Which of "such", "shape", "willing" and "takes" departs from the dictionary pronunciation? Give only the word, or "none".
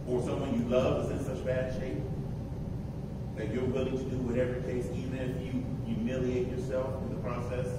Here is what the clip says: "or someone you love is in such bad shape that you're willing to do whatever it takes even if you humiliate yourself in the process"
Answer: takes